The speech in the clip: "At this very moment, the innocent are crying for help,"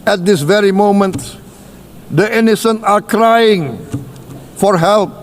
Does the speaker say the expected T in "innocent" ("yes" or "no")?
no